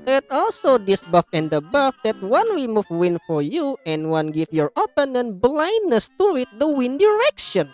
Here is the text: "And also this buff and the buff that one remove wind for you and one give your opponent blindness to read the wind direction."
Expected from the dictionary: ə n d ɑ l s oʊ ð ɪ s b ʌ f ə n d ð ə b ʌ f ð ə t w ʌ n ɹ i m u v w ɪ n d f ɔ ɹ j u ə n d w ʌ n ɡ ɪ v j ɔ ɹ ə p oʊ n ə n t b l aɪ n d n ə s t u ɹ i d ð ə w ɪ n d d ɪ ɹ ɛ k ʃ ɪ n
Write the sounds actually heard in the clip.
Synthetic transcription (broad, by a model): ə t ɑ l s oʊ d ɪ s b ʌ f ə n d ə b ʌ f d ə t w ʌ n w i m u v w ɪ n f ɔ ɹ j u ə n w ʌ n ɡ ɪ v j ɔ ɹ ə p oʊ n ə n b l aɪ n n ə s t u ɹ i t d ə w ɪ n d d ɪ ɹ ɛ k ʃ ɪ n